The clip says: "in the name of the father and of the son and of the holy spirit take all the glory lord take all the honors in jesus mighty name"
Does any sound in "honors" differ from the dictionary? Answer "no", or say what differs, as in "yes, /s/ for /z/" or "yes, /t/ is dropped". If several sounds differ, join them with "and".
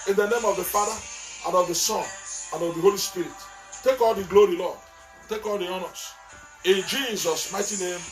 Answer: yes, /s/ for /z/